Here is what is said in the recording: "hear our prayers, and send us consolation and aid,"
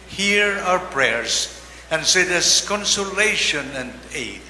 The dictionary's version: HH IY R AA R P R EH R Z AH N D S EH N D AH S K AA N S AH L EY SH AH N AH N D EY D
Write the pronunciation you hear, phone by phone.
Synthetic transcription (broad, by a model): HH IY R AA R P R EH R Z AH N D S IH D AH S K AA N S AH L EY SH AH N AH N D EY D